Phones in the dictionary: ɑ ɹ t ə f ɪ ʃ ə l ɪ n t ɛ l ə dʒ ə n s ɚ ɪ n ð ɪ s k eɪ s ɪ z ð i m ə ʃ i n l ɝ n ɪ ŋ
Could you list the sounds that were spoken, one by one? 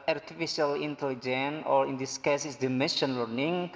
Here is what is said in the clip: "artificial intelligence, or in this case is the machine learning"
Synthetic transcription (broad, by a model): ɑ ɹ t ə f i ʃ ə l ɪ n t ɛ l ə dʒ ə n ɔ ɪ n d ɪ s k eɪ s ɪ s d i m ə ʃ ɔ n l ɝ n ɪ ŋ